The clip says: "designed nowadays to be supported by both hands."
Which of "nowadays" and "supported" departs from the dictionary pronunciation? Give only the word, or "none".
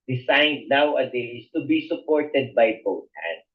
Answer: nowadays